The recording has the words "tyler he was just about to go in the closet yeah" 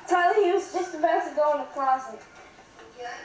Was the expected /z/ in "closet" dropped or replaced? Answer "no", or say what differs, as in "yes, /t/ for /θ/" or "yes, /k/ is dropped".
yes, /s/ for /z/